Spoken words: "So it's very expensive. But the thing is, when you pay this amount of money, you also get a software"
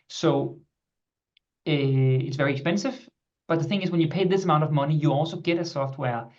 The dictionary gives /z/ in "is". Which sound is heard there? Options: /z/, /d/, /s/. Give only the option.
/z/